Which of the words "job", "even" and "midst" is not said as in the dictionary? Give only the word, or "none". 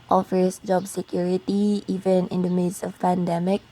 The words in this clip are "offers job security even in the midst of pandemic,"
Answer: midst